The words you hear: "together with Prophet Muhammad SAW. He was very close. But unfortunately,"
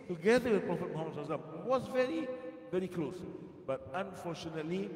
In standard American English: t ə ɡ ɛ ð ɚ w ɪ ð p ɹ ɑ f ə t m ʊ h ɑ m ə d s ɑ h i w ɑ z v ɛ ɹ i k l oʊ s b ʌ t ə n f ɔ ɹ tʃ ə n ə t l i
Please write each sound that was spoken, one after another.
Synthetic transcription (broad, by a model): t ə ɡ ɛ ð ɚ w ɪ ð p ɹ ɑ f ə t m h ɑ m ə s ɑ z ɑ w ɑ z v ɛ ɹ i k l oʊ s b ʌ t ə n f ɔ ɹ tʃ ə n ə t l i